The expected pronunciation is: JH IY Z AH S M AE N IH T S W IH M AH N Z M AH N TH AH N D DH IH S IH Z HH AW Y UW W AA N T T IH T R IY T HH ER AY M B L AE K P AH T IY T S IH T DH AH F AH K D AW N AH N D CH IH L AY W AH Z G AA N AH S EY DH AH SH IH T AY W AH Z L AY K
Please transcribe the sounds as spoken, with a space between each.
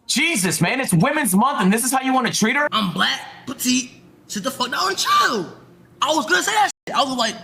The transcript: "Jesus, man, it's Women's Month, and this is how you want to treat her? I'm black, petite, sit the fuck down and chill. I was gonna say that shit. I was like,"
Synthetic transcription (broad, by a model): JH IY Z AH S M AE N IH T S W IH M AH N Z M AH N TH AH N DH IH S IH Z HH AW Y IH W AA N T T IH T R IY T ER AY M B L AE K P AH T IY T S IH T DH AH F AH K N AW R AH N CH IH L AY W AH Z G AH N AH S EY DH AH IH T AY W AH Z L AY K